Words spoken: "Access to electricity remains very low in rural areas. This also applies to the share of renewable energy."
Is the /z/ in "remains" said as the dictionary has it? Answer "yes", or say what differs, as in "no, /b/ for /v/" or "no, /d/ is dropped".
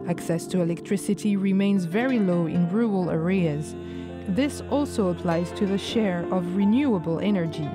yes